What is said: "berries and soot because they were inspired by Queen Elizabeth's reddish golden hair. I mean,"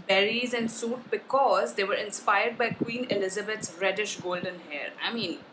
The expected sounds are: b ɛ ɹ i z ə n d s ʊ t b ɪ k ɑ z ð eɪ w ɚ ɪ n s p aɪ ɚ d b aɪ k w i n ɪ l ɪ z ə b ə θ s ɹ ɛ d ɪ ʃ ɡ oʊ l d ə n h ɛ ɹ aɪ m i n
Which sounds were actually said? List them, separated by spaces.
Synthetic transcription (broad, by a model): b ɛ ɹ i z ə n d s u t b ɪ k ɑ z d eɪ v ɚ ɪ n s p aɪ ɚ d b aɪ k w i n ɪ l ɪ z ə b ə t s ɹ ɛ d ɪ ʃ ɡ oʊ l d ə n h ɛ ɹ aɪ m i n